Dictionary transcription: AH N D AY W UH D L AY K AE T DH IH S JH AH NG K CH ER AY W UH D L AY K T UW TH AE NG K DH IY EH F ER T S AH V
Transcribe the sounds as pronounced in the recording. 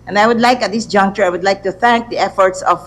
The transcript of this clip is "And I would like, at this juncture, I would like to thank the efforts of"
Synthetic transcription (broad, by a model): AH N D AY W UH D L AY K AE T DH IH S JH AH NG K CH ER AY W UH D L AY K T UW TH AE NG K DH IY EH F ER T S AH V